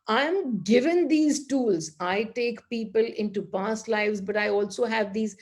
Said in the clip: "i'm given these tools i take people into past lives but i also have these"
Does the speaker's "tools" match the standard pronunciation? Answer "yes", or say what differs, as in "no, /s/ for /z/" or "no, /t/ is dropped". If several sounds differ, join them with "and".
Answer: yes